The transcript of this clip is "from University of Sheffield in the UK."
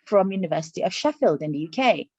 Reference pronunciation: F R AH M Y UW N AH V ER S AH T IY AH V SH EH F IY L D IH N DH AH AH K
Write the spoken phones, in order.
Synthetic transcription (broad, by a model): F R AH M Y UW N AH V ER S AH T IY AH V SH EH F IY L D IH N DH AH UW K